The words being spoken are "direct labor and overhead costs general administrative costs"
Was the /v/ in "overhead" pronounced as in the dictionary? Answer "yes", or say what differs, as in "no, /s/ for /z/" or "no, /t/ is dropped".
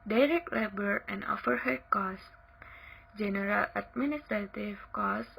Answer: no, /f/ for /v/